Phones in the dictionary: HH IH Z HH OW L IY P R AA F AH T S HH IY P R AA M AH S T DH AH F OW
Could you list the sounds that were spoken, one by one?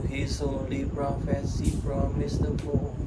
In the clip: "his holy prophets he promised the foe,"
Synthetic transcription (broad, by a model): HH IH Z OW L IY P R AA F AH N S IY F R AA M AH S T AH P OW